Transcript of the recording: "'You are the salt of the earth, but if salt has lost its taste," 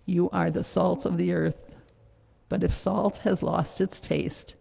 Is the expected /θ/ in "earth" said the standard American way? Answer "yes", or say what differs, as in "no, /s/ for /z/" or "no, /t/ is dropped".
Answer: yes